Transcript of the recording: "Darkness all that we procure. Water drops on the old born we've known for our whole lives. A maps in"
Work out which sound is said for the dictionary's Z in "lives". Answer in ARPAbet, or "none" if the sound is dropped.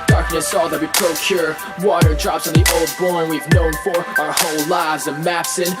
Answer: Z